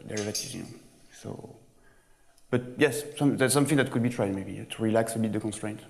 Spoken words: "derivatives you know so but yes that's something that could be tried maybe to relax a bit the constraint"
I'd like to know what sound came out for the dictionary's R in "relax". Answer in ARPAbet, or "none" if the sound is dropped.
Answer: R